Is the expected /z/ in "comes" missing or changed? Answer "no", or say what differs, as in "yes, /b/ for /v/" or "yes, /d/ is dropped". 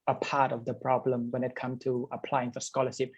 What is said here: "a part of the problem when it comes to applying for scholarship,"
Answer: yes, /z/ is dropped